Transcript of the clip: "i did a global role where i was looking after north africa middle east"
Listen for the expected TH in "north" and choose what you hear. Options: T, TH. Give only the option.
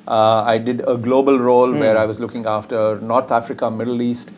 T